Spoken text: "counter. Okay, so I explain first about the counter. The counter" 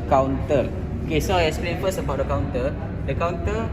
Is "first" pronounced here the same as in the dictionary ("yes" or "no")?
no